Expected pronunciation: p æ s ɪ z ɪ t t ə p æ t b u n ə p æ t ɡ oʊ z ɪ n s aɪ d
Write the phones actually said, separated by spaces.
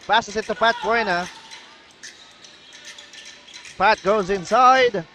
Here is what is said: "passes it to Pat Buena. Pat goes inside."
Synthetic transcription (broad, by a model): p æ s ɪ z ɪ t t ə p æ t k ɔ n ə p æ t ɡ oʊ z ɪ n s aɪ d